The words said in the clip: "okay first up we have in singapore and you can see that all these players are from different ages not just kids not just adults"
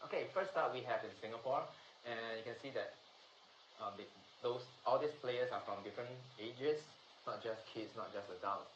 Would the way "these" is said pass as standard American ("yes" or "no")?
no